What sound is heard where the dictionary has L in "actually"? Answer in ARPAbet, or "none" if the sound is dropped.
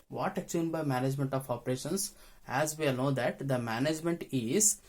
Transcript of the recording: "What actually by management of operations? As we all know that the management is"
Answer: none